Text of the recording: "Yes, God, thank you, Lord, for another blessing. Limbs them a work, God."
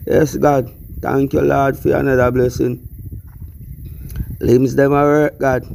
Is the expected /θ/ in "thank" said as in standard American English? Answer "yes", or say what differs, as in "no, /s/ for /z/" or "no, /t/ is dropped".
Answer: no, /t/ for /θ/